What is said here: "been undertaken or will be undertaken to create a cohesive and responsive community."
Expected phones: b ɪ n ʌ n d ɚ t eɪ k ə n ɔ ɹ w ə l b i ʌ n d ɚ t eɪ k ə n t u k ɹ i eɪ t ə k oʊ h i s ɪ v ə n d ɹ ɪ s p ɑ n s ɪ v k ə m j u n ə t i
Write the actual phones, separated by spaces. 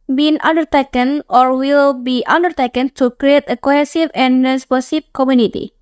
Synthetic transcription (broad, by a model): b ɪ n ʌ n d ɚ t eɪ k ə n ɔ ɹ w ə l b i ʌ n d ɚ t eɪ k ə n t u k ɹ i eɪ t ə k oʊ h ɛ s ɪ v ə n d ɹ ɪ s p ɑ s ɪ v k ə m j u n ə t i